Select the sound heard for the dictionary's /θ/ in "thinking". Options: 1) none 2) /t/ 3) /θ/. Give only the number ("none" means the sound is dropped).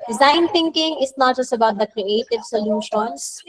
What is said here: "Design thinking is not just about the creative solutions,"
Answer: 2